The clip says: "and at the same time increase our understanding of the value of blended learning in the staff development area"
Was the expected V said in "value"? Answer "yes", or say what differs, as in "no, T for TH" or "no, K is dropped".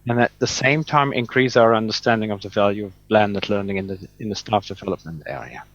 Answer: yes